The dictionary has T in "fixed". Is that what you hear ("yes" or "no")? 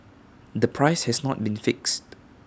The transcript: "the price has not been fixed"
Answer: yes